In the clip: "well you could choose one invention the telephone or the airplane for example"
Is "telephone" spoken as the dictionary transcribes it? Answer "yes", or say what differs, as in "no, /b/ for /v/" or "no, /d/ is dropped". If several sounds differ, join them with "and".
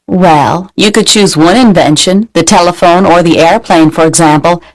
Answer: yes